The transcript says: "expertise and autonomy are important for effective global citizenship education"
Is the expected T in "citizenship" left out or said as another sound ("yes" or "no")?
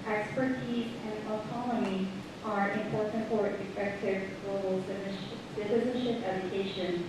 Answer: yes